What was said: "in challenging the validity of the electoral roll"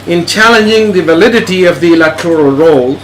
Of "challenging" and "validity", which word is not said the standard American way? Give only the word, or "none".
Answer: none